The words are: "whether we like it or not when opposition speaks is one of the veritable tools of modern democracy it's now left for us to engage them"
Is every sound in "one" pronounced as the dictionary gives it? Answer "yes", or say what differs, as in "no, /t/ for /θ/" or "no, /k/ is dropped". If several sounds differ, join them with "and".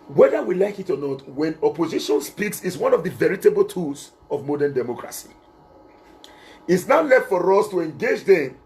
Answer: yes